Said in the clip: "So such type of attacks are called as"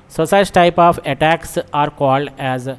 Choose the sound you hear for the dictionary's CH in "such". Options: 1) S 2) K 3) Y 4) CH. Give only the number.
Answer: 1